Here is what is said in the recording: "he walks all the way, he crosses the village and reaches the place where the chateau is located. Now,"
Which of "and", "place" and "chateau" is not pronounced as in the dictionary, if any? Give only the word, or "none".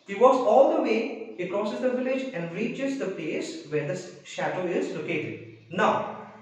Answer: none